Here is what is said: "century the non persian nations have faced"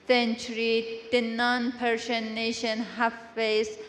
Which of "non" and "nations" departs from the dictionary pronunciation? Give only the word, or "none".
nations